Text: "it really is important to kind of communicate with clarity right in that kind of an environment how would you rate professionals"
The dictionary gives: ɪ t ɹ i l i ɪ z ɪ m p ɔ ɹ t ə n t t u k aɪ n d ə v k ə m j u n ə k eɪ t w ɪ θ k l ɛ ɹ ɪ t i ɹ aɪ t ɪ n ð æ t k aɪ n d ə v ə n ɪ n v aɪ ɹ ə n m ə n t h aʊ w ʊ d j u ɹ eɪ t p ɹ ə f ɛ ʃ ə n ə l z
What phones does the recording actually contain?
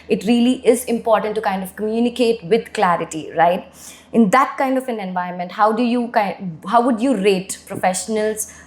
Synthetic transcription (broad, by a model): ɪ t ɹ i l i ɪ z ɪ m p ɔ ɹ t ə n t t u k aɪ n d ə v k ə m j u n ə k eɪ t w ɪ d k l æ ɹ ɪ t i ɹ aɪ t ɪ n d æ t k aɪ n d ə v ə n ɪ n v aɪ ə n m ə n t h aʊ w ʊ d j u ɹ eɪ t p ɹ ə f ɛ ʃ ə n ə l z